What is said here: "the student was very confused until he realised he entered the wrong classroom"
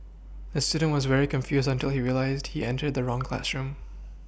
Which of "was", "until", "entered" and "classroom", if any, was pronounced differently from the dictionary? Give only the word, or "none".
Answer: none